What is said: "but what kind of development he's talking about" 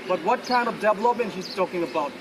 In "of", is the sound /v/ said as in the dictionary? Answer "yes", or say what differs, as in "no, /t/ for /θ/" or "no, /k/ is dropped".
yes